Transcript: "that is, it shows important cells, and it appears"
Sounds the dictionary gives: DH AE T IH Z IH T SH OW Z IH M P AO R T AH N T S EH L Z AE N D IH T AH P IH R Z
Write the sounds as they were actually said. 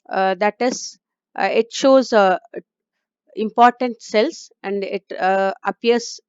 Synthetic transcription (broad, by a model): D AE T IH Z IH T SH OW Z IH M P AO R T AH N T S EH L S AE N D IH T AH P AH R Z